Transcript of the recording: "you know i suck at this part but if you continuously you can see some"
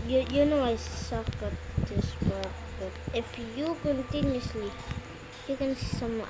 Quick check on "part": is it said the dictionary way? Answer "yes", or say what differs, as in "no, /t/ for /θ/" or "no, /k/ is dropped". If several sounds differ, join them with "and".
no, /b/ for /p/